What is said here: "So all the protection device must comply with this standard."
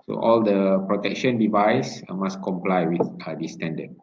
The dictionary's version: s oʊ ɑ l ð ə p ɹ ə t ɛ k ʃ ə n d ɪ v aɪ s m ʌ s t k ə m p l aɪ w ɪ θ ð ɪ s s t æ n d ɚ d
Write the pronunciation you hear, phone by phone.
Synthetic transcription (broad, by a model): s oʊ ɑ l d ə p ɹ ə t ɛ k ʃ ə n d ɪ v aɪ s m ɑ s k ə m p l aɪ w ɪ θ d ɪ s s t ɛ n d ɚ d